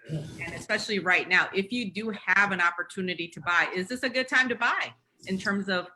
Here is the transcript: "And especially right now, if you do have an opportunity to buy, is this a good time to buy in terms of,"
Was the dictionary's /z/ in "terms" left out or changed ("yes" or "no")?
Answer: no